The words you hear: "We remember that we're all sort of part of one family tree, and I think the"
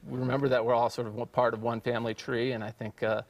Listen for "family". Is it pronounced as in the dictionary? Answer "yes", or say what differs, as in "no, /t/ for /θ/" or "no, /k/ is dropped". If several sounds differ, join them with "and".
yes